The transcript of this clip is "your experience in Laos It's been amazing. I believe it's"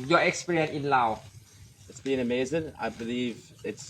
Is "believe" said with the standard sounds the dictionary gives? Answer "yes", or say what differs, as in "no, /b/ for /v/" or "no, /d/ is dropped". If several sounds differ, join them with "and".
yes